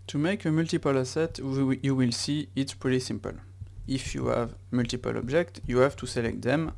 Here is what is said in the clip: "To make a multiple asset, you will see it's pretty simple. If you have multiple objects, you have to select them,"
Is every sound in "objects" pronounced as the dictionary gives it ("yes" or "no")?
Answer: no